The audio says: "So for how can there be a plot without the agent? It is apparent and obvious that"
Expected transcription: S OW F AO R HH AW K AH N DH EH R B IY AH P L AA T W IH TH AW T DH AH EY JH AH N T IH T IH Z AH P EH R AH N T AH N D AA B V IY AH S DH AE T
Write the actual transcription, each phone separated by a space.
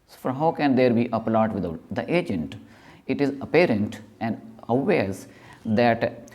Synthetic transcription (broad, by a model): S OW F AO R HH AW K AH N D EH R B IY AH P L AA T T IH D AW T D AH EY JH AH N T IH T IH Z AH P EH R AH N T AH N D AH V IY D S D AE T